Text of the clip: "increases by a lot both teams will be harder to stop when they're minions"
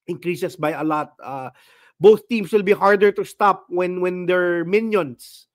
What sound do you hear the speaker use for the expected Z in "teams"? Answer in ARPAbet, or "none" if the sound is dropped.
S